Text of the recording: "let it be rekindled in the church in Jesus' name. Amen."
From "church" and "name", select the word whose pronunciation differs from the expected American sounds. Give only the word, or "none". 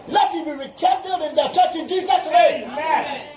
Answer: name